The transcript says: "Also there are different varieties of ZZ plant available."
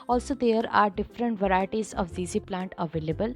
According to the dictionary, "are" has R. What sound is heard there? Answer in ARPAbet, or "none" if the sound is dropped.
R